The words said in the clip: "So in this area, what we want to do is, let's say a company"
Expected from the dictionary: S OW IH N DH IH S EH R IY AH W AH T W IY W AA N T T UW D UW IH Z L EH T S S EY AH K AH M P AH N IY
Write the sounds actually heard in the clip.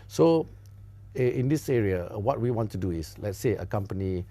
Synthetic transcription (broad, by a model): S OW IH N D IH S EH R IY AH W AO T W IY W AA N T T UW D UW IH S L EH T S S EY AH K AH M P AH N IY